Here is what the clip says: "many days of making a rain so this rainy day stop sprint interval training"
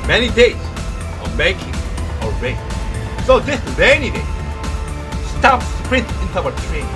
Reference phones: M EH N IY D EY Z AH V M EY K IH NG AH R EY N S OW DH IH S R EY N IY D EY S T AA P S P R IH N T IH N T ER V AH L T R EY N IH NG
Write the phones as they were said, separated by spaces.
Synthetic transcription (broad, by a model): M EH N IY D EY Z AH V M EY K IH NG AH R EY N S OW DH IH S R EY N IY D EY S T AA P S P R IH N T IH N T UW W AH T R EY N